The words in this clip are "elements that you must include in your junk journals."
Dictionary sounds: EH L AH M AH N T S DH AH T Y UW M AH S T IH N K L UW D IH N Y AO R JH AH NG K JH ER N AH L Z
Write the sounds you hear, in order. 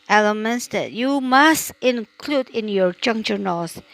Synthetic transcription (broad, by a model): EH L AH M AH N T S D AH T Y UW M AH S T IH N K L UW D IH N Y AO R JH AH NG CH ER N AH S